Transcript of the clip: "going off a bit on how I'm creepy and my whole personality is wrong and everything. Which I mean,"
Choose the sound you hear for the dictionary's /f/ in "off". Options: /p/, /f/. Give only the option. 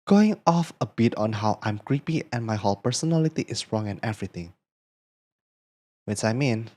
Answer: /f/